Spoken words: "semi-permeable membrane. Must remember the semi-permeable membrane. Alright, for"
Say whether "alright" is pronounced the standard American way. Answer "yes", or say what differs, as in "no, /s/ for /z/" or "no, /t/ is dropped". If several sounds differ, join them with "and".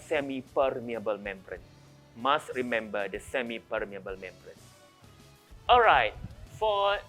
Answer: yes